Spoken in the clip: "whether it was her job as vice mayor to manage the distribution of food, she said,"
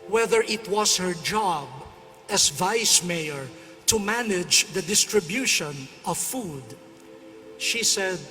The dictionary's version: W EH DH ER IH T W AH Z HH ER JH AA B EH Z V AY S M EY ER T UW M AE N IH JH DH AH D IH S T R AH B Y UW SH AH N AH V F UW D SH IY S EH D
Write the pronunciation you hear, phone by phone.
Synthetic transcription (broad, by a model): W EH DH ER IH T W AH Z HH ER JH AA B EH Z V AY S M EY ER T UW M AE N IH JH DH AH D IH S T R AH B Y UW SH AH N AH V F UW D SH IY S EH D